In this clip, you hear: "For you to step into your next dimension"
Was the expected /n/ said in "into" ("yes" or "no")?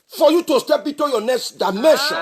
no